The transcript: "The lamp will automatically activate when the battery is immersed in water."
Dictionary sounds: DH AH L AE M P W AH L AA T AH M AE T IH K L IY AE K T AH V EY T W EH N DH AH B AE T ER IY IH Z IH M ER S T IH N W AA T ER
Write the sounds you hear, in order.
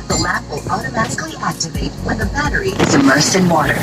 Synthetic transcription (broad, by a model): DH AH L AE P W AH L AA T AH M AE T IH K L IY AE K T AH V EY T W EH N DH AH B AE T ER IY IH Z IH M ER S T IH N W AA T ER